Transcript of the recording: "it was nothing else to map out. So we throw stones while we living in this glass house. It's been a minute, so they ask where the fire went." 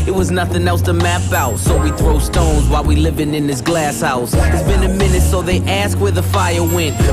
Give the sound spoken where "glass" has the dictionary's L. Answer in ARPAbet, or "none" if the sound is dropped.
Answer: L